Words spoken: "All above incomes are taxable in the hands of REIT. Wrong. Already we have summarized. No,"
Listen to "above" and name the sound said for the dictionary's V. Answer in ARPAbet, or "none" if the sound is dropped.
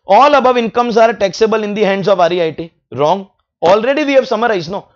V